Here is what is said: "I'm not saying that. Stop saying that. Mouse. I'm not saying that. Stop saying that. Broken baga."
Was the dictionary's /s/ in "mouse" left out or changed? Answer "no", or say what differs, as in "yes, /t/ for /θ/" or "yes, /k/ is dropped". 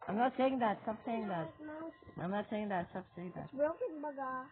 yes, /s/ is dropped